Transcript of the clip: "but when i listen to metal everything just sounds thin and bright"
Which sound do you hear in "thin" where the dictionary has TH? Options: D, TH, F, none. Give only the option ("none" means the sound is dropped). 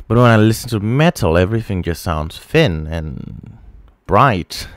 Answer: F